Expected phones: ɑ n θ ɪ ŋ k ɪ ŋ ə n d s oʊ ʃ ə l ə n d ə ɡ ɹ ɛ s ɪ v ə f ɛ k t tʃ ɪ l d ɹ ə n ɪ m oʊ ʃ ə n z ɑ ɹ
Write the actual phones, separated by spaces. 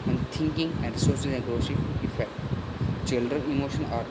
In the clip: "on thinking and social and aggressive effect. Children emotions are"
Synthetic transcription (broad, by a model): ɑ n t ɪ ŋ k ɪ ŋ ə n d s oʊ s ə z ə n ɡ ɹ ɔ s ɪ ə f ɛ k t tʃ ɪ l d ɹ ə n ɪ m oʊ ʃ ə n ɑ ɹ